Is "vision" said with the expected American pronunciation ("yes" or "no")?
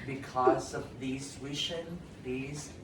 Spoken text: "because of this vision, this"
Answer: no